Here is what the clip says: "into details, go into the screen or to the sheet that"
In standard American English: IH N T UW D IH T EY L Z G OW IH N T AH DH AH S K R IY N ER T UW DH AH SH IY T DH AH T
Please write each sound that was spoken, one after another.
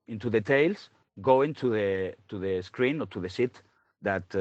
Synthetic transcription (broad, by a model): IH N T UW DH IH T EY L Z G OW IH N T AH DH AH S K R IY N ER T UW DH AH S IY T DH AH T